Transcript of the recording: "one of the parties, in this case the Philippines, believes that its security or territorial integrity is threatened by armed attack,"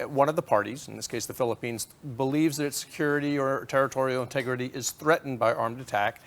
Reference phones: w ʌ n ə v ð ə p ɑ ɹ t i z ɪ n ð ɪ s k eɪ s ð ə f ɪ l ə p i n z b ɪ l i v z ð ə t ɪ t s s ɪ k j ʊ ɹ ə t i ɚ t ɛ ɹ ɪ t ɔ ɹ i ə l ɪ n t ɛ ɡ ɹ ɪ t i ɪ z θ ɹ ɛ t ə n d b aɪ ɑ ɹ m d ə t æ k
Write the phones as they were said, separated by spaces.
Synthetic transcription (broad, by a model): w ʌ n ə v ð ə p ɑ ɹ t i z n ð ɪ s k eɪ s ð ə f ɪ l ə p i n z b ɪ l i v z ð ə t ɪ t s s ɪ k j ʊ ɹ ə t i ɚ t ɛ ɹ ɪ t ɔ ɹ i l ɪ n t ɛ ɡ ɹ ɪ t i ɪ z θ ɹ ɛ t n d b aɪ ɑ ɹ m d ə t æ k